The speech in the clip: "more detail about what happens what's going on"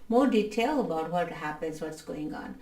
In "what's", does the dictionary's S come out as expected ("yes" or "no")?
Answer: yes